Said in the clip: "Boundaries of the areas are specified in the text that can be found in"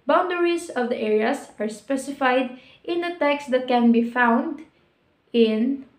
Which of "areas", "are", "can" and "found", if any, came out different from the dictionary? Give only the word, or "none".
areas